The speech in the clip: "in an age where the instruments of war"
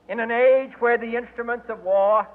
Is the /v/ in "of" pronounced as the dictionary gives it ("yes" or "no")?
yes